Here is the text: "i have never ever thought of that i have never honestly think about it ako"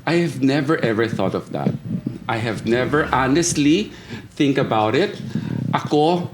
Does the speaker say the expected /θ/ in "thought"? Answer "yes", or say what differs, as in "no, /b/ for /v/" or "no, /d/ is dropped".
yes